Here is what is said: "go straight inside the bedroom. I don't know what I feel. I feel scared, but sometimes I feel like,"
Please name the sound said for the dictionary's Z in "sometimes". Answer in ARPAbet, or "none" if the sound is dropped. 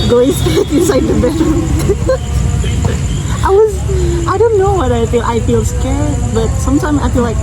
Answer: Z